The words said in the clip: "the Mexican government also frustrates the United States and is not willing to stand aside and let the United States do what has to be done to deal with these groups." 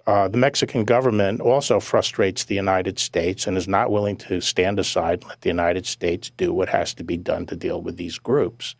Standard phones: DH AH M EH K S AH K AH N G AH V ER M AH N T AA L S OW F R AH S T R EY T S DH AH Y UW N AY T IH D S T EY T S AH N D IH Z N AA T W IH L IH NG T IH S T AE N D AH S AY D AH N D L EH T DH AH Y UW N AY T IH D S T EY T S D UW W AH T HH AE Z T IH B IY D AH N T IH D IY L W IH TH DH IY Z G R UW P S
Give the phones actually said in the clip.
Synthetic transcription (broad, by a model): DH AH M EH K S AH K N G AH V ER M AH N T AA L S OW F R AH S T R EY T S DH AH Y UW N AY T IH D S T EY T S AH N IH Z N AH T W IH L IH NG T IH S T AE N D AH S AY AH D L EH T DH AH Y UW N AY T IH D S T EY T S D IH W AH T HH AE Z T IH B IY D AH N T IH D IY L W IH DH IY Z G R UW P S